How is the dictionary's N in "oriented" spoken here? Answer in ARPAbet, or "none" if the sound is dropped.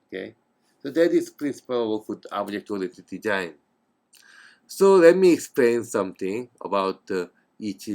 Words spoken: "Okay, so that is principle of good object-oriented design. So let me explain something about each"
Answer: none